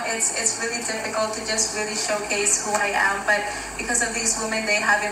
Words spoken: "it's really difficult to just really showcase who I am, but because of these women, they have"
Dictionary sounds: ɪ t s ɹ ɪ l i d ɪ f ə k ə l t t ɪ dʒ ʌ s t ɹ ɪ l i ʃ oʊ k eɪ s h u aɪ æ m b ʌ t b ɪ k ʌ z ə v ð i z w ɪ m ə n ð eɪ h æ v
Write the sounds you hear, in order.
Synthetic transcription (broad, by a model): ɪ t s ɹ ɪ l i d ɪ f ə k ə l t t ɪ dʒ ʌ s t ɹ ɪ l i ʃ oʊ k eɪ s h u aɪ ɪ m b ʌ t b ɪ k ʌ z ə v ð i z w ɪ m ə n ð eɪ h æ v